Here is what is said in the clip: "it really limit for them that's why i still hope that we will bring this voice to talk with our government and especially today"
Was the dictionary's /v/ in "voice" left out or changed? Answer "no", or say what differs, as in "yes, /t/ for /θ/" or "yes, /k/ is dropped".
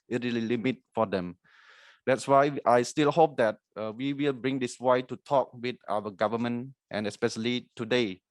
yes, /w/ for /v/